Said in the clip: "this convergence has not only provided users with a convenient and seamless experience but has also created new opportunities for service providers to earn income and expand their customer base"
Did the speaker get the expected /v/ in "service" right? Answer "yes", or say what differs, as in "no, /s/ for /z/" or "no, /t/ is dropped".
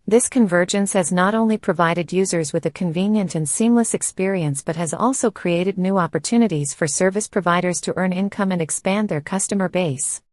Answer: yes